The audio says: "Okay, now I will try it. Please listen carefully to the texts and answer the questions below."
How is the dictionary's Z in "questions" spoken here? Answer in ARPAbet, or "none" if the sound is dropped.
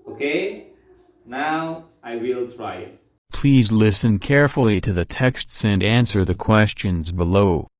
Z